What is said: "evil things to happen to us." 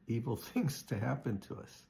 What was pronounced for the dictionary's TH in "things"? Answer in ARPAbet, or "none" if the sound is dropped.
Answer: TH